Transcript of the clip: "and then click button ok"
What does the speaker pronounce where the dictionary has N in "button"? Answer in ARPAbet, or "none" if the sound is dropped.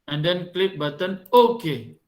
N